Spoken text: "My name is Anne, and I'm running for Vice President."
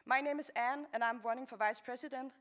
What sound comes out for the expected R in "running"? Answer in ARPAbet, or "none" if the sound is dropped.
W